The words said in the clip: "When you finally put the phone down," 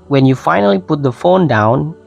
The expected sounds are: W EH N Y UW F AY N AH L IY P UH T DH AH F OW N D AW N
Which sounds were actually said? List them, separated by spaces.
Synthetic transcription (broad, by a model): W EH N Y UW F AY N AH L IY P UH T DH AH F OW N D AW N